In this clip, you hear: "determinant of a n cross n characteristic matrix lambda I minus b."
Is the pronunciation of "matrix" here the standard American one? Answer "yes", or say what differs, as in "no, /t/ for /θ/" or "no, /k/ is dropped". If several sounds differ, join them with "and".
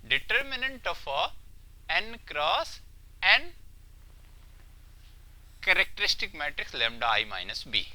yes